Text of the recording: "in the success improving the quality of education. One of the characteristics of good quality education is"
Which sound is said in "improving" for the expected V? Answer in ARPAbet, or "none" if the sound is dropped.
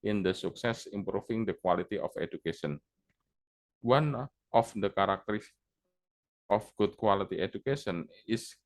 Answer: F